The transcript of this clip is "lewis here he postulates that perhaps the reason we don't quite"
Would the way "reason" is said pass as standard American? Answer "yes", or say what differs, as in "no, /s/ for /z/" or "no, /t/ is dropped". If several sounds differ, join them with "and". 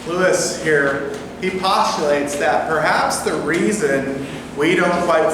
yes